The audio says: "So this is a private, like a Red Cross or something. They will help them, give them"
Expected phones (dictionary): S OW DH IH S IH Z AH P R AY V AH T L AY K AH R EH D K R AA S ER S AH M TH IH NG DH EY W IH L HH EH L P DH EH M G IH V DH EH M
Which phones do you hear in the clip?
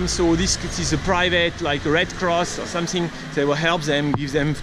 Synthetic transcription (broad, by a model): S OW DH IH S IH Z AH P R AY V AH T L AY K R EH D K R AA S ER S AH M TH IH NG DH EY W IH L HH EH L P DH EH M G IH V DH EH M